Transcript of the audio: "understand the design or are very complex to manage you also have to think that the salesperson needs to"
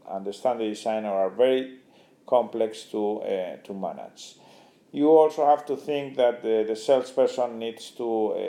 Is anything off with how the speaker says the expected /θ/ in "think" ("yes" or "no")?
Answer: no